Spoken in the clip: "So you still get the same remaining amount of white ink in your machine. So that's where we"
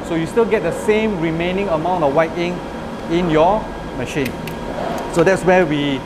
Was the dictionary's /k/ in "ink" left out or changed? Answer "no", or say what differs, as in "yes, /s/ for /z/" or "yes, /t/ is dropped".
yes, /k/ is dropped